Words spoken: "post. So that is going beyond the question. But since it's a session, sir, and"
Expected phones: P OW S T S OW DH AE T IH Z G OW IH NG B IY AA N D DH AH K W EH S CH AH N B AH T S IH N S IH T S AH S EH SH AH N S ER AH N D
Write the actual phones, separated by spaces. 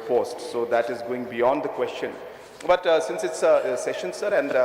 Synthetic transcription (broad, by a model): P OW S T S OW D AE T IH Z G OW IH NG B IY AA N D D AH K W EH S CH AH N B AH T S IH N S IH T S S EH SH AH N S ER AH N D